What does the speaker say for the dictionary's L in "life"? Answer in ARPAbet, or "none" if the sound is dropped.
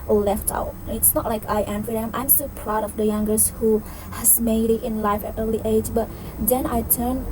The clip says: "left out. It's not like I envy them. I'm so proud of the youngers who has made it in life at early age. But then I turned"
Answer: L